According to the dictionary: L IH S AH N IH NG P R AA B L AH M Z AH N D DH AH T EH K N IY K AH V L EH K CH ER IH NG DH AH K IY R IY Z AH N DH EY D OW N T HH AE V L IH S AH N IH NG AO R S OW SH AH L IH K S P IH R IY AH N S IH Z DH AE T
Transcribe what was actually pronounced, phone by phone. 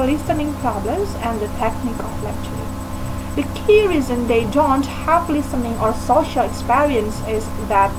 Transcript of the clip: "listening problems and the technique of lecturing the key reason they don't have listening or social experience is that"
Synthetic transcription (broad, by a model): L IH S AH N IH NG P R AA B L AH M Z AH N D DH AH T EH K N IY K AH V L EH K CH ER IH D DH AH K IY R IY Z AH N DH EY D OW N T HH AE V L IH S AH N IH NG AO R S OW SH AH L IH K S P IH R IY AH N S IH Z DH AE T